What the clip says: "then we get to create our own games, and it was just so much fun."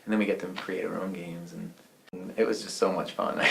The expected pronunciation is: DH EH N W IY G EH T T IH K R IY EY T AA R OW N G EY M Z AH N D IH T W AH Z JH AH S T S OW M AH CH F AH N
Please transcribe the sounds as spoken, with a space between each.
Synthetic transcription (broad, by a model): DH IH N W IY G EH T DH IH K R IY EY T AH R OW N G EY M Z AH N IH T W AH Z JH AH S T S OW M AH CH F AH N